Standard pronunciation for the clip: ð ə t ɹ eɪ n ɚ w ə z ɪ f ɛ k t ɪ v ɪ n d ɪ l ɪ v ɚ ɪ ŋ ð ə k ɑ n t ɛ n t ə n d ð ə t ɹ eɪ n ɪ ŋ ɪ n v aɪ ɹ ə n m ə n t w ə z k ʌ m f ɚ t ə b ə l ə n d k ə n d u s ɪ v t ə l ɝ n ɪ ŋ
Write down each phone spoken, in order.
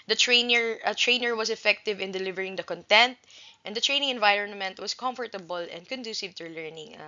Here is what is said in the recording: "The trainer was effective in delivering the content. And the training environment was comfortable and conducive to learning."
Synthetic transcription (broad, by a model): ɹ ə t ɹ eɪ n ɚ w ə s ɪ f ɛ k t ɪ v ɪ n d ɪ l ɪ v ɚ ɪ ŋ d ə k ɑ n t ɛ n t ə n d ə t ɹ eɪ n ɪ ŋ ɪ n v aɪ ɹ ə n m ə n t w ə s k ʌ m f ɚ t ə b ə l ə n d k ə n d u s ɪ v t ə l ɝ n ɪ ŋ